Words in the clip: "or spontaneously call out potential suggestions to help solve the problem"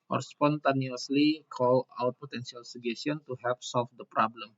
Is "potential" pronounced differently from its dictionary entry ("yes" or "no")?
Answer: yes